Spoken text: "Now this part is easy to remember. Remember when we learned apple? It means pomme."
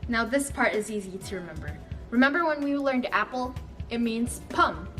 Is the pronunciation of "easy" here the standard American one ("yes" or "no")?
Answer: yes